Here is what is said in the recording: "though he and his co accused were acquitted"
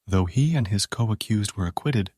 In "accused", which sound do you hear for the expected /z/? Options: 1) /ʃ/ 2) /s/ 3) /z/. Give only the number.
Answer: 3